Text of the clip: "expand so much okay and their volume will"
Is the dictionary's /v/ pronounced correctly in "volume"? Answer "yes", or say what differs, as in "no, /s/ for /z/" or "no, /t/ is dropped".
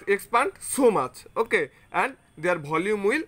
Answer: no, /b/ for /v/